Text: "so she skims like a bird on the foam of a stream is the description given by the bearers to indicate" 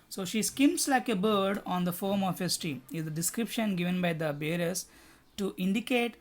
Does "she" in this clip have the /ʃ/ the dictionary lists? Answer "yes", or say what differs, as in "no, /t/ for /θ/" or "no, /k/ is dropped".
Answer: yes